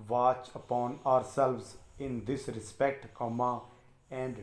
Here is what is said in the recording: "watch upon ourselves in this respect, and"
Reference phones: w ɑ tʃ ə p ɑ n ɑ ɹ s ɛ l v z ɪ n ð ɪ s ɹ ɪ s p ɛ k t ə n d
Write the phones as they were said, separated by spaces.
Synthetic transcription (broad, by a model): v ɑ tʃ ə p ɑ n ɑ ɹ s ɛ l v z ɪ n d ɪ s ɹ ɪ s p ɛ k t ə n d